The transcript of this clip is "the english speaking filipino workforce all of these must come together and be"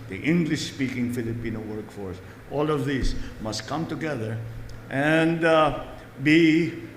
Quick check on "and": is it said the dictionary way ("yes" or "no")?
yes